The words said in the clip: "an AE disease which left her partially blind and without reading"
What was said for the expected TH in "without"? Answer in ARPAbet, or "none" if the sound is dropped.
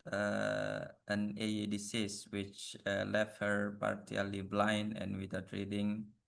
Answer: T